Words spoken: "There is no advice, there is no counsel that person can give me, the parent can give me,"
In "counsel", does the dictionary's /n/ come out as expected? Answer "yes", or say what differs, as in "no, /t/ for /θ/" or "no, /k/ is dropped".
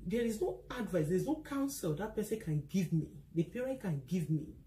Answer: yes